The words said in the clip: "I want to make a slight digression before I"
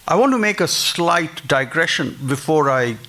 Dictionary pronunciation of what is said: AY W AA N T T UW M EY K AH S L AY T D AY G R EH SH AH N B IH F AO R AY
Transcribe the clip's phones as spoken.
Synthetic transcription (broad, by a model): AY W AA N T T UW M EY K AH S L AY T D AY G R EH SH AH N B IH F AO R AY